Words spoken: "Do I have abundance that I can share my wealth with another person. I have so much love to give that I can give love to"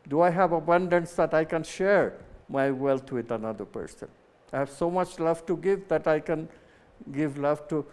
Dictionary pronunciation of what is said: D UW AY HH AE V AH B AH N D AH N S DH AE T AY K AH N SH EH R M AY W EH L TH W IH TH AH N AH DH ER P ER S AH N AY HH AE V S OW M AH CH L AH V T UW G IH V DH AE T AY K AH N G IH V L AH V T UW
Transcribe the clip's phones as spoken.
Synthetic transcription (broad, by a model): D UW AY HH AE V AH B AH N D AH N S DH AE T AY K AH N SH EH R M AY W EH L T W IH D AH N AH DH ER P ER S AH N AY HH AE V S OW M AH CH L AH V T UW G IH V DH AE T AY K AH N G IH V L AH V T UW